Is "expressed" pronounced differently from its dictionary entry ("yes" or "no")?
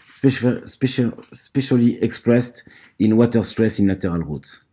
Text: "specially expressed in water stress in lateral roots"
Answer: no